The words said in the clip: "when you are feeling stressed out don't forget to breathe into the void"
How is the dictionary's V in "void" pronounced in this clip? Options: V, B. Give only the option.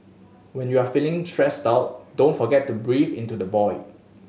B